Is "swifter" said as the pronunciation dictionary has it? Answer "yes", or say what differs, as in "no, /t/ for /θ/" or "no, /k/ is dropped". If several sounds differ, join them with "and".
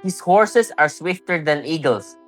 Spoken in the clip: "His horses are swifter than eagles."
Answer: yes